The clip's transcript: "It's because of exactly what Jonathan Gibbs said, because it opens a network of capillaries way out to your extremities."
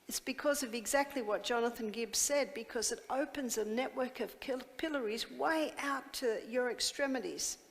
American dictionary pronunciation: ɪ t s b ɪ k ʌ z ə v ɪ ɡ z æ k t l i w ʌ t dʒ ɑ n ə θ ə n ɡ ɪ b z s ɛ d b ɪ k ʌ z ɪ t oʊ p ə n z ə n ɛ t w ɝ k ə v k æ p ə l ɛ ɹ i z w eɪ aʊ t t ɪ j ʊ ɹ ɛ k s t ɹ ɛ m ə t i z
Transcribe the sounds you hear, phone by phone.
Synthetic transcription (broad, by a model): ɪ t s b ɪ k ʌ z ə v ɪ ɡ z æ k t l i w ʌ t dʒ ɑ n ə θ ə n ɡ ɪ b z s ɛ d b ɪ k ʌ z ɪ t oʊ p ə n z ə n ɛ t w ɝ k ə v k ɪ p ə l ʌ ɹ i z w eɪ aʊ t t ɪ j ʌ ɹ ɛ k s t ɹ ɛ m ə t i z